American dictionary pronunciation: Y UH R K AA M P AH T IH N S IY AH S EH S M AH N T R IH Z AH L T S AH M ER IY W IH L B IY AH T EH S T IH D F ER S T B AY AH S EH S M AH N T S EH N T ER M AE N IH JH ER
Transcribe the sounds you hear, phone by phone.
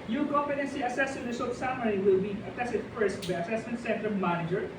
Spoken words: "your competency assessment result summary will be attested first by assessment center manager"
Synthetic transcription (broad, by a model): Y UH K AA P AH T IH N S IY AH S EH S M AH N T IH S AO T S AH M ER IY W IH L B IY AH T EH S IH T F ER S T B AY AH S EH S M AH N T S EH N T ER M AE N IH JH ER